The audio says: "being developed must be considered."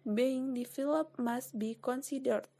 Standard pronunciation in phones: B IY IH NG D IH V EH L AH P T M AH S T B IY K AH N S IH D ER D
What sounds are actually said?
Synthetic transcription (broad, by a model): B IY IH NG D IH F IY L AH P M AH S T B IY K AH N S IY D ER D